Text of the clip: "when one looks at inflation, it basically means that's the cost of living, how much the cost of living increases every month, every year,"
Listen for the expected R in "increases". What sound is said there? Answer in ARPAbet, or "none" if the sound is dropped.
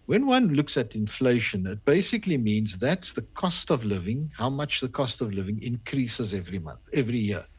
R